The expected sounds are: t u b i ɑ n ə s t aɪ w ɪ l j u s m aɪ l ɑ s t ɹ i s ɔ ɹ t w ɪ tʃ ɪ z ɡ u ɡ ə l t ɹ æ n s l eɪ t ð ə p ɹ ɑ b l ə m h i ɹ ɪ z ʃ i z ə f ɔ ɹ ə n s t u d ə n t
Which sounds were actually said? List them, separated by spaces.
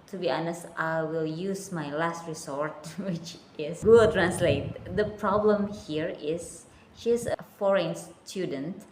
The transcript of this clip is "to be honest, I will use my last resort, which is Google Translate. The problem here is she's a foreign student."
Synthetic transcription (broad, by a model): t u b i ɑ n ə s t aɪ w ɪ l j u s m aɪ l ɑ s t ɹ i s ɔ ɹ t w ɪ tʃ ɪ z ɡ ɡ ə t ɹ æ n s l eɪ t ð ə p ɹ ɑ b l ə m h i ɹ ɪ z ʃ i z ə f ɔ ɹ ə n s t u d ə n t